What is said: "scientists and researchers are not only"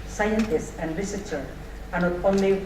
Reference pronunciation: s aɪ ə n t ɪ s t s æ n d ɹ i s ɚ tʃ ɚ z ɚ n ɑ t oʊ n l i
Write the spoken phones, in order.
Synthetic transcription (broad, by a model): s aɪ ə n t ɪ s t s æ n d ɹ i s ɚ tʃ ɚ ɚ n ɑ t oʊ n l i